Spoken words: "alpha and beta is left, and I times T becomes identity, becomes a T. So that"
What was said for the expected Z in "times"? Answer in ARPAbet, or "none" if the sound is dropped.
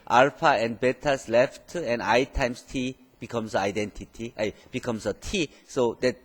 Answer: S